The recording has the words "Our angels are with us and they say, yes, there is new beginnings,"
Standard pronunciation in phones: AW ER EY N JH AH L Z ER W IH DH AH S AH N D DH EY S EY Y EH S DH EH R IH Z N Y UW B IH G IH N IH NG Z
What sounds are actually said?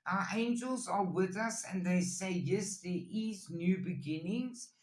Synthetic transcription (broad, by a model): AW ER EY N JH AH L Z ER W IH DH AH S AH N DH EY S EY Y EH S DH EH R IH Z N Y UW B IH G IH N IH NG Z